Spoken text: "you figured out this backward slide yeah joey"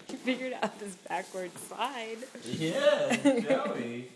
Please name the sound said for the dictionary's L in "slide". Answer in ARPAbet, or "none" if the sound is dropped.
none